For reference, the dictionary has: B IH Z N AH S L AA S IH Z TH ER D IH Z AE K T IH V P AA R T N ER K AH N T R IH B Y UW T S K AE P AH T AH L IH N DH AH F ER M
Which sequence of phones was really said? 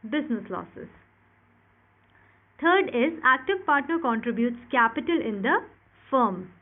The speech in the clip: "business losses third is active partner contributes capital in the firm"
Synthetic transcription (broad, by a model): B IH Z N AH S L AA S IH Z T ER D IH Z AE K T IH V P AA R T N ER K AH N T R IH B Y UW T S K AE P AH T AH L IH N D AH F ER M